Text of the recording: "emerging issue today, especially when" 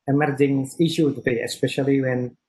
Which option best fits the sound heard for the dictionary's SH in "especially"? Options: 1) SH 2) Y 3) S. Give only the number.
1